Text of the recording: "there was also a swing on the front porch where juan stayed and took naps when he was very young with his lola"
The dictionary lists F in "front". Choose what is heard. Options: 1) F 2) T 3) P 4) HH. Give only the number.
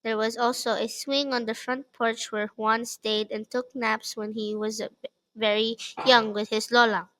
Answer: 1